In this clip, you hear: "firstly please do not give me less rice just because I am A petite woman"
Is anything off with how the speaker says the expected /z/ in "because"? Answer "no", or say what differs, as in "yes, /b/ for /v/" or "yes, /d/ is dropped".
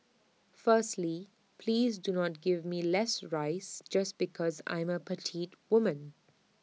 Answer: no